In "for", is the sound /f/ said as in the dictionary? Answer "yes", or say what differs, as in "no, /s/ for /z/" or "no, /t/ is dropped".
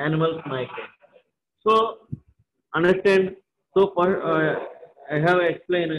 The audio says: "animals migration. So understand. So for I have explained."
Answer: no, /p/ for /f/